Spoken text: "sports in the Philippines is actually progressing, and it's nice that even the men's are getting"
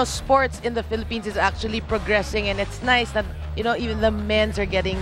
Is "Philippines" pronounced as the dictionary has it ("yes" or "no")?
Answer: no